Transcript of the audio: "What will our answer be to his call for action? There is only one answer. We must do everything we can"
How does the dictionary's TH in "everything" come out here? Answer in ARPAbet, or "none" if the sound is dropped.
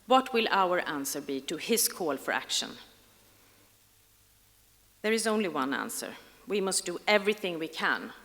TH